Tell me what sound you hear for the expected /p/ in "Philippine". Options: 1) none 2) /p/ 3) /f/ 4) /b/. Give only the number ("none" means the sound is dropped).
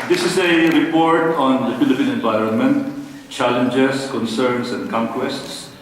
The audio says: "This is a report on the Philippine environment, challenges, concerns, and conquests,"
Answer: 2